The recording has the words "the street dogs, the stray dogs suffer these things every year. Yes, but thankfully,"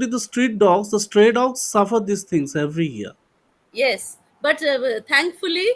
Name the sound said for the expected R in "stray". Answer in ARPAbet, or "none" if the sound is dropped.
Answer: R